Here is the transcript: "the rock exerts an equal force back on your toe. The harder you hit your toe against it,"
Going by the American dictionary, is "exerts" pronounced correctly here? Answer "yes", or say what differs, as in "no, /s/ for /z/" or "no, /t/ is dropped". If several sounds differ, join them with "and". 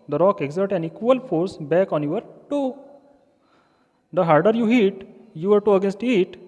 no, /s/ is dropped